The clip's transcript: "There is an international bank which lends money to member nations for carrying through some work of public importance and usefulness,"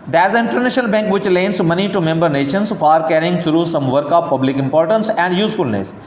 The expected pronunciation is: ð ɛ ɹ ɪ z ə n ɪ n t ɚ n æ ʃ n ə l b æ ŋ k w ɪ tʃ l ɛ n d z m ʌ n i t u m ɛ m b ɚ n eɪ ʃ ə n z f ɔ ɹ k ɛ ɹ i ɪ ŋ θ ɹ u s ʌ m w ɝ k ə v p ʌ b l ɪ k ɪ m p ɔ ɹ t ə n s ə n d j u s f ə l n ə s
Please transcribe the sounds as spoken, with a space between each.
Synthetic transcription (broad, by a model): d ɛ ɪ z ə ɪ n t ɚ n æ ʃ n ə l b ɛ ŋ k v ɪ tʃ l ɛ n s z m ʌ n i t u m ɛ m b ɚ n eɪ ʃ ə n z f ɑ ɹ k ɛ ɹ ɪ ŋ t ɹ u s ʌ m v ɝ k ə p p ʌ b l ɪ k ɪ m p ɔ ɹ t ə n s ə n d j u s f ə l n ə s